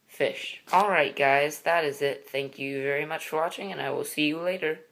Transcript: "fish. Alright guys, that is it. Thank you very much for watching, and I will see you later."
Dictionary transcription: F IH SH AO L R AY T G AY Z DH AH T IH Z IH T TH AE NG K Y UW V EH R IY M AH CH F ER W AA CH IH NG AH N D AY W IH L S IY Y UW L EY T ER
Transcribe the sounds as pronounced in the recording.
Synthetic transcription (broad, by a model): F IH SH AO L R AY T G AY Z DH AH T IH Z IH T TH AE NG K Y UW V EH R IY M AH CH F ER W AA CH IH NG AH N AY W IH L S IY Y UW L EY T ER